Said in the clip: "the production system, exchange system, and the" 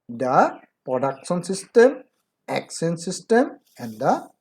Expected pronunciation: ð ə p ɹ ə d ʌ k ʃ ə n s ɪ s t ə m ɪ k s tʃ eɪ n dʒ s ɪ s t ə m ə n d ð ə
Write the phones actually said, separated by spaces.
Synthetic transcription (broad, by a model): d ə p ɹ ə d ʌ k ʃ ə n s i s t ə m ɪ k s eɪ n s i s t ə m ə n d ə